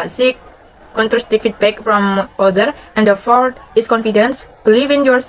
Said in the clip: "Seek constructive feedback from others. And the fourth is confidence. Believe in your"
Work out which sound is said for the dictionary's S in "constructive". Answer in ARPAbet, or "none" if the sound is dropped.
none